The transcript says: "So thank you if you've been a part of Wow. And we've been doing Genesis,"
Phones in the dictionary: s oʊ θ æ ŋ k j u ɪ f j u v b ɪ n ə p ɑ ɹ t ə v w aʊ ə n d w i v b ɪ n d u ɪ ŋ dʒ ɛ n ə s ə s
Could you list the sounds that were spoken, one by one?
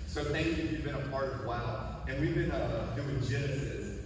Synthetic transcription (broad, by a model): s oʊ θ æ ŋ k j u ɪ f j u v b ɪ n ə p ɑ ɹ t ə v w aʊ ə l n w i v b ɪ n d u ɪ ŋ dʒ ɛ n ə s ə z